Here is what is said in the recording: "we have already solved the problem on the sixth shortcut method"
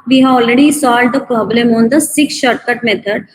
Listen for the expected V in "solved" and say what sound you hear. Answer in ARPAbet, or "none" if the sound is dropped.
none